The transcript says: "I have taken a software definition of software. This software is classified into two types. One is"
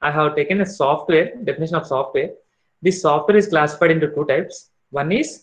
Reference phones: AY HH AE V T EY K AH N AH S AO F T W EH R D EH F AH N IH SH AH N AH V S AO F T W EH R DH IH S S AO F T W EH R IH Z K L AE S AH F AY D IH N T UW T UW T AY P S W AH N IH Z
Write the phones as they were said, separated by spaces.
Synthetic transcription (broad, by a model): AY HH AE V T EY K AH N AH S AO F T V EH R D EH F AH N IH SH AH N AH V S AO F T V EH R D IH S S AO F T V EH R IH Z K L AE S AH F AY D IH N T UW T UW T AY P S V AH N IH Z